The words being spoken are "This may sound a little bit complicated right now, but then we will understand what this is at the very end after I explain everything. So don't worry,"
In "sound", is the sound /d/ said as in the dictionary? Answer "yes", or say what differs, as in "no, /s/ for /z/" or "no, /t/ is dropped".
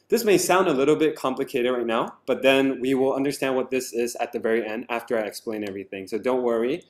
yes